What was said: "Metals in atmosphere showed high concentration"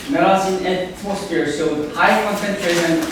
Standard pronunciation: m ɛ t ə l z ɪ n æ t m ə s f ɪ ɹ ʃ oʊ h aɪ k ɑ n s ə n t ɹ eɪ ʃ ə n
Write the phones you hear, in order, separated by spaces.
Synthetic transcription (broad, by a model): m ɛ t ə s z ɪ n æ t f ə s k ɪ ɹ s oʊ h aɪ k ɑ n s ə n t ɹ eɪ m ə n